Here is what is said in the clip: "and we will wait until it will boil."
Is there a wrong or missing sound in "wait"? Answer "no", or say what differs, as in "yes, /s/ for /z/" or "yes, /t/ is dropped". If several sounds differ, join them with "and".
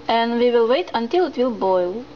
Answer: no